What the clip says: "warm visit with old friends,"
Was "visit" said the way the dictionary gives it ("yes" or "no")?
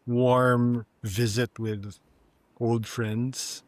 yes